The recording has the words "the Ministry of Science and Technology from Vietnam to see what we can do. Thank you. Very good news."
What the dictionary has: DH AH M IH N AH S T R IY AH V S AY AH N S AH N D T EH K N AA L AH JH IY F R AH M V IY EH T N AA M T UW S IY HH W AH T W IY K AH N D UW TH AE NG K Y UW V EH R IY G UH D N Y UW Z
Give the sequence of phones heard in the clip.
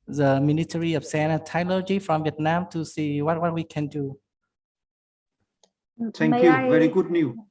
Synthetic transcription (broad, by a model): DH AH M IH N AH T R IY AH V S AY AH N AH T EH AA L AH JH IY F R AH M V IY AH T N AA M T UW S IY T W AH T W IY K AH N D UW T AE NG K Y UW V EH R IY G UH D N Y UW